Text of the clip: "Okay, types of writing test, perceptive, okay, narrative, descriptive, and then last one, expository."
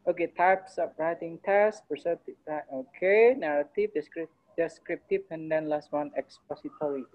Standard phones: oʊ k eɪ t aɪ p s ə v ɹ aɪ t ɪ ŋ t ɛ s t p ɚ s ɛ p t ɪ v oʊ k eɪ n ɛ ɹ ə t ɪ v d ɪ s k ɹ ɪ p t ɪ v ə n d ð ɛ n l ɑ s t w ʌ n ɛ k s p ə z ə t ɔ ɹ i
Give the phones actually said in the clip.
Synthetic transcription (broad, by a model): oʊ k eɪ t aɪ p s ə p ɹ aɪ t ɪ ŋ t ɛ s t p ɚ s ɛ t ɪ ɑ oʊ k eɪ n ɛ ɹ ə t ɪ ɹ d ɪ s k ɹ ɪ p t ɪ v ə n d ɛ n l ɑ s t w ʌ n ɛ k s p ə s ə t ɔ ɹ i